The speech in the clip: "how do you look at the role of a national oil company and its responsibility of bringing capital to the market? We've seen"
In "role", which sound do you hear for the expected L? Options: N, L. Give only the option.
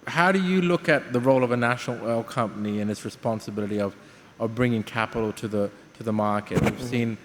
L